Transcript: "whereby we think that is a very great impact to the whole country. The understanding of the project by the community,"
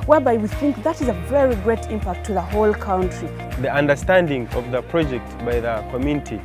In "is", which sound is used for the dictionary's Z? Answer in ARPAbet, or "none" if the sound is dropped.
Z